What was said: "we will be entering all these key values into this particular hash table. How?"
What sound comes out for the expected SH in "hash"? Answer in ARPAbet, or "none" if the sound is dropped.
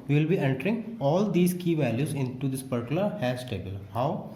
S